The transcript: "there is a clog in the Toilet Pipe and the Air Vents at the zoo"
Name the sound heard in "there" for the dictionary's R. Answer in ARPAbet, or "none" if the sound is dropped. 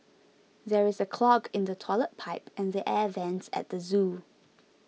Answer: R